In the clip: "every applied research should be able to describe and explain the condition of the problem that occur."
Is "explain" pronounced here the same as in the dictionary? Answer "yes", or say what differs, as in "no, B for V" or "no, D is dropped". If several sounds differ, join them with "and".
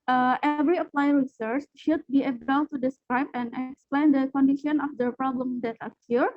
yes